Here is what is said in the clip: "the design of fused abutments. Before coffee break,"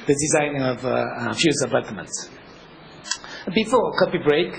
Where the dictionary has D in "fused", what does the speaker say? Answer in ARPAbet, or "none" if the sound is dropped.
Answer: none